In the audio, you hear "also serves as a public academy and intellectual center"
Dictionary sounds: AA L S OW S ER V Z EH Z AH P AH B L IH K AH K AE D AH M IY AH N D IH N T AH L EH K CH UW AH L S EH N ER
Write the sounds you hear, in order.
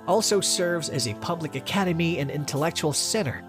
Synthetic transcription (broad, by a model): AA L S OW S ER V Z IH Z AH P AH B L IH K AH K AE D AH M IY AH N IH N T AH L EH K CH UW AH L S EH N ER